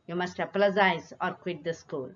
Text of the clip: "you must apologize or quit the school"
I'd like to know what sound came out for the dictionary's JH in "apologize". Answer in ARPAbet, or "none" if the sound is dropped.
Z